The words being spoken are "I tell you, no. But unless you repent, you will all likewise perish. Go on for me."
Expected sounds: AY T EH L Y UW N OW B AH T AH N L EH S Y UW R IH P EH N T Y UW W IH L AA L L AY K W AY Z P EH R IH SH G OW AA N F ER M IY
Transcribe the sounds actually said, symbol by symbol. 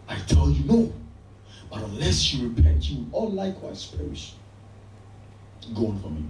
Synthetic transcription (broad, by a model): AY T EH L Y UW N OW B AH T AH N L EH S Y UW R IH P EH N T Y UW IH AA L L AY K W AY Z P EH R IH SH G OW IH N F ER M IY